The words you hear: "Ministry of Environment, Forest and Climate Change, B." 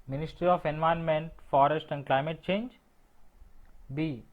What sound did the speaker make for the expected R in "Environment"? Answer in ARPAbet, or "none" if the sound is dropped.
none